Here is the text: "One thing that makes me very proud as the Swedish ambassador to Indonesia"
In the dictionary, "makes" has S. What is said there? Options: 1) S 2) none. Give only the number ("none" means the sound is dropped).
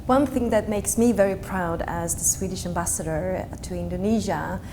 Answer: 1